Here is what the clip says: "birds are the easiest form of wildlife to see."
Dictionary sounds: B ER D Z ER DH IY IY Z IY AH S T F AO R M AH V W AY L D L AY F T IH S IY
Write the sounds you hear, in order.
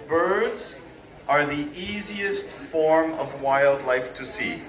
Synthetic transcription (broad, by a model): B ER D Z ER DH IY IY Z IY AH S T F AO R M AH V W AY L D L AY F T IH S IY